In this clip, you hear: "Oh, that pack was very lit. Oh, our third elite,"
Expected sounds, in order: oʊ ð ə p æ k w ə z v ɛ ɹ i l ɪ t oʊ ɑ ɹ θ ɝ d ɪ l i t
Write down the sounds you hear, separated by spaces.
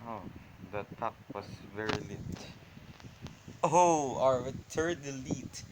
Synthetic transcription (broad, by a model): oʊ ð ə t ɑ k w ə s v ɛ ɹ i l ɪ t oʊ ɑ ɹ t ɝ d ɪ l i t